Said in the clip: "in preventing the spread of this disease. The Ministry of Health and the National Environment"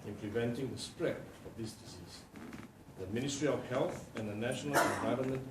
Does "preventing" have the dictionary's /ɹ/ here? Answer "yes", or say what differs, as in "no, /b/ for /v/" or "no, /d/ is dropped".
no, /l/ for /ɹ/